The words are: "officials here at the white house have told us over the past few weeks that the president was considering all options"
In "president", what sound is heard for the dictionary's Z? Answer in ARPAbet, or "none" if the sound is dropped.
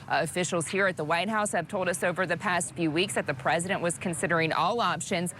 Z